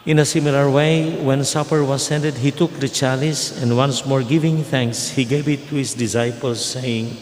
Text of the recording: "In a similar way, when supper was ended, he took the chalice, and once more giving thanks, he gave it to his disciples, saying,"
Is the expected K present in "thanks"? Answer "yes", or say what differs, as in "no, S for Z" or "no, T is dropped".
yes